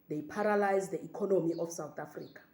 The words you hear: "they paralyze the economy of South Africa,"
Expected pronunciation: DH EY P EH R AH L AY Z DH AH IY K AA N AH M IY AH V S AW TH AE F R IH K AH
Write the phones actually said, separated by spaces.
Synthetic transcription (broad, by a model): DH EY P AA R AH L AY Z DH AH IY K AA N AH M IY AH F S AW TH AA F R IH K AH